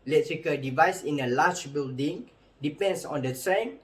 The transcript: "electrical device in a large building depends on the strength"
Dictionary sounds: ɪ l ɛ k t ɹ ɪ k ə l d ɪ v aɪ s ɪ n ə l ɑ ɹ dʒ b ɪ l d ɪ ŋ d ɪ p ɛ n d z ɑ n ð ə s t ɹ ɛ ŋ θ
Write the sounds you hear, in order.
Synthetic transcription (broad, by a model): l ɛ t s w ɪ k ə d ɪ v aɪ s ɪ n ə l ɑ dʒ b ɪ l d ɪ ŋ d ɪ p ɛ n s ɑ n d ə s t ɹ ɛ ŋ